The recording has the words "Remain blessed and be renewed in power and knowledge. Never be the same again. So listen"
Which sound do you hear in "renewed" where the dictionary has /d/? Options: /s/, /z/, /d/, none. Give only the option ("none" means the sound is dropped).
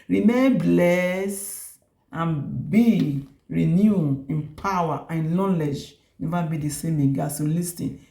none